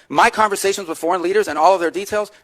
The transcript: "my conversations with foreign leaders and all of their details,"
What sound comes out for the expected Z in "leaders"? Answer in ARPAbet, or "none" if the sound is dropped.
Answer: Z